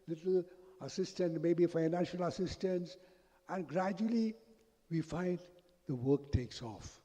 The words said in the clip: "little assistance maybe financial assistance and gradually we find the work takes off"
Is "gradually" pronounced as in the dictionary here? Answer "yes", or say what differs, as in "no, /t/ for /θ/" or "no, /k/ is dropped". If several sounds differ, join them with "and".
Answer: yes